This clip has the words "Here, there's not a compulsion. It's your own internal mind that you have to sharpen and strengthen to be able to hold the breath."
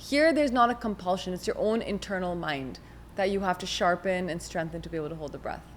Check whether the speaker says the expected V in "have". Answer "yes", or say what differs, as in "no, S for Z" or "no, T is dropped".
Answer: no, F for V